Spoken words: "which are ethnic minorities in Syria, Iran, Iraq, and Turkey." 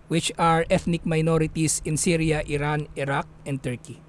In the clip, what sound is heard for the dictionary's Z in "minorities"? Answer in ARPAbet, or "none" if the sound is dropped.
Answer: S